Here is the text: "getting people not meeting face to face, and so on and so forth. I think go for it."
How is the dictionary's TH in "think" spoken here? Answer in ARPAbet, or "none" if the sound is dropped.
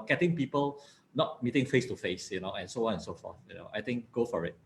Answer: T